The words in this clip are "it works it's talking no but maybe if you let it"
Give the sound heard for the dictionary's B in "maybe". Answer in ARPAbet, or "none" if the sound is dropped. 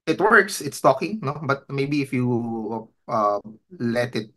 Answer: B